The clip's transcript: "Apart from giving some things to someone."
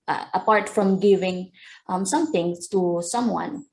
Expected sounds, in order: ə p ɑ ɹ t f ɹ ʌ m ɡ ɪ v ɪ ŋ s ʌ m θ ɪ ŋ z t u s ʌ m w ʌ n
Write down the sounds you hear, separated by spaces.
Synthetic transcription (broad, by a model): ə p ɑ ɹ t f ɹ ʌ m ɡ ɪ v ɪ ŋ s ʌ m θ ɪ ŋ t u s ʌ m w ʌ n